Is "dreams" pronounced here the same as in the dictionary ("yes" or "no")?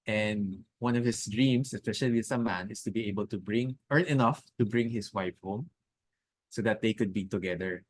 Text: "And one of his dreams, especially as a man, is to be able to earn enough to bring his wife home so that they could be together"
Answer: no